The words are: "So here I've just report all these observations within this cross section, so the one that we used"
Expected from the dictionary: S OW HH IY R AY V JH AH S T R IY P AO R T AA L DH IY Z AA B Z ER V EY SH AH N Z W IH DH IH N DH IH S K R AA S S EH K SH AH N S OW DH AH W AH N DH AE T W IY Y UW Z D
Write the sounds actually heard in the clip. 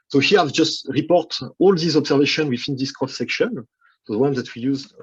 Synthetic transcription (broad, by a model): S OW HH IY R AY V JH AH S T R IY P AO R T AA L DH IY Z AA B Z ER V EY SH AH N W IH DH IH N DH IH S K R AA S S EH K SH AH N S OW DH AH W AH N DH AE T W IY Y UW Z